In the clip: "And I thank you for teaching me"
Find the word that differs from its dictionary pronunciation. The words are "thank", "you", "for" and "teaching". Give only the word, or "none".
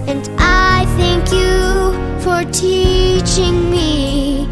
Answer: none